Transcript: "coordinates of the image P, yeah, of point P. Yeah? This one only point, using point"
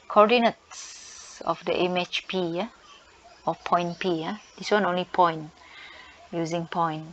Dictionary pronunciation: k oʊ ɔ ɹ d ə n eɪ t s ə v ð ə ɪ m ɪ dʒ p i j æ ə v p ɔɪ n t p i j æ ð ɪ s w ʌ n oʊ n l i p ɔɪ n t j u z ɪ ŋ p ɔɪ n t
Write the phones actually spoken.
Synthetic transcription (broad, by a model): k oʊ ɔ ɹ d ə n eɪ t s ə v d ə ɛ m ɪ tʃ p i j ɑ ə p ɔɪ n p i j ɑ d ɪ s w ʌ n oʊ n l i p ɔɪ n j u z ɪ ŋ p ɔɪ n